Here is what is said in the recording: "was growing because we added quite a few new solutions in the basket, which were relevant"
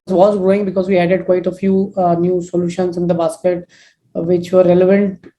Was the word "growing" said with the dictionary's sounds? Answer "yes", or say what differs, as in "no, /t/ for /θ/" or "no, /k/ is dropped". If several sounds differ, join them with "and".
yes